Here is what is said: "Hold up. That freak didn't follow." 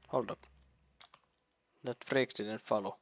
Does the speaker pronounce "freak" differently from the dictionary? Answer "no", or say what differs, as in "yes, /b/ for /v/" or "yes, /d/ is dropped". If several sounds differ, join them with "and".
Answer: no